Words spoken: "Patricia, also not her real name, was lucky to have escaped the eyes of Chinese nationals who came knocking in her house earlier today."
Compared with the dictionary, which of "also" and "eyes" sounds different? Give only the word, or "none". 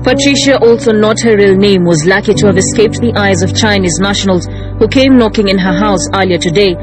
none